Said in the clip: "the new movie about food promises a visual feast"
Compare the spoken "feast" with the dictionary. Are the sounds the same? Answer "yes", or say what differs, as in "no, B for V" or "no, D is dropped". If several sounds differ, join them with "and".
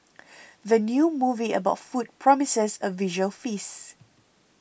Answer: no, T is dropped